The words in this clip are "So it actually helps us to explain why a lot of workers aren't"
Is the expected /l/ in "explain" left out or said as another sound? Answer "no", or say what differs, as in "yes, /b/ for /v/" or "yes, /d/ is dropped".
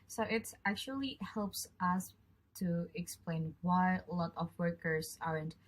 no